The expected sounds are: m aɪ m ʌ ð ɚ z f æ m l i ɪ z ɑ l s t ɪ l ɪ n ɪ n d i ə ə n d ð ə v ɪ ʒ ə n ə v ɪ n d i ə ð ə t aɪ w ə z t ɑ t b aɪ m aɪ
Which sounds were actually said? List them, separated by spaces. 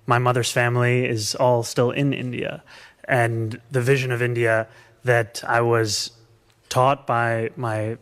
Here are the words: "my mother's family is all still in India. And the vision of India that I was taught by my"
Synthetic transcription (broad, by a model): m aɪ m ʌ ð ɚ z f æ m l i ɪ z ɑ l s t ɪ l ɪ n ɪ n d i ə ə n ð ə v ɪ ʒ ə n ə v ɪ n d i ə ð ə t aɪ w ə z t ɑ t b aɪ m aɪ